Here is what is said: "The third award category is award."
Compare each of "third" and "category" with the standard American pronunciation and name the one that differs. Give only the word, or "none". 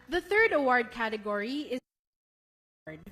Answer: none